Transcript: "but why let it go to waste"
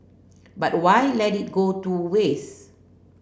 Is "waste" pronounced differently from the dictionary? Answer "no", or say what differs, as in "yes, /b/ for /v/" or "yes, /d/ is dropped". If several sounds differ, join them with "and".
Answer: yes, /t/ is dropped